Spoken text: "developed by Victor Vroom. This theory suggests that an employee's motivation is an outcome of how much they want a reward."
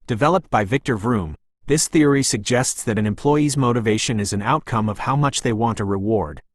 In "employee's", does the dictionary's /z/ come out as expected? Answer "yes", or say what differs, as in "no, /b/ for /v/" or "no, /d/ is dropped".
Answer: yes